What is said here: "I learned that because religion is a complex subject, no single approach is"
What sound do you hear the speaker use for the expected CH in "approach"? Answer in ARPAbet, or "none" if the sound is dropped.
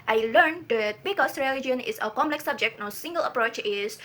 CH